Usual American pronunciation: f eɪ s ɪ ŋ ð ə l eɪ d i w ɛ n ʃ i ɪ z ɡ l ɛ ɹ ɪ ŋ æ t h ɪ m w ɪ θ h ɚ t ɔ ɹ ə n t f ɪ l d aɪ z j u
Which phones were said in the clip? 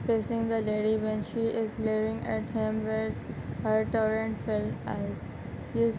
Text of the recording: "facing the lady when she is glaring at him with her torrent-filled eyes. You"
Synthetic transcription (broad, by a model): f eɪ s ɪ ŋ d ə l eɪ d i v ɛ n ʃ i ɪ z l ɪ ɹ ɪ ŋ æ t h ɪ m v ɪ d h ɚ t ɔ ɹ ə n t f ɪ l aɪ z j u